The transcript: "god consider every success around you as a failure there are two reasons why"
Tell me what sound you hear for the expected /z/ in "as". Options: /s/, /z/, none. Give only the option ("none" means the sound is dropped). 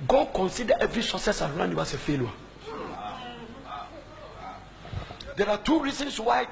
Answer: /s/